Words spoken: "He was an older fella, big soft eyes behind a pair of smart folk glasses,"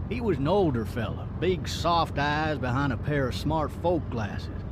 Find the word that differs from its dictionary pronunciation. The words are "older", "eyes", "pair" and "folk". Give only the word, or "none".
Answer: none